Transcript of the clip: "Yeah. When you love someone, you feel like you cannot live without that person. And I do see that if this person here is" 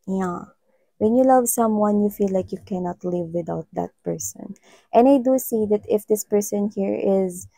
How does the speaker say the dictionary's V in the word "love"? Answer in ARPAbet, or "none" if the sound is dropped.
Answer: V